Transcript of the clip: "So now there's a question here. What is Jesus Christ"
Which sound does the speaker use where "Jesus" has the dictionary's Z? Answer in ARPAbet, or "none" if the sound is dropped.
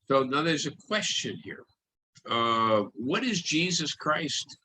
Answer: Z